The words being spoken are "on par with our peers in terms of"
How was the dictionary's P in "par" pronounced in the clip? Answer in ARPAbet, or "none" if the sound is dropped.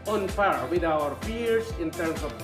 F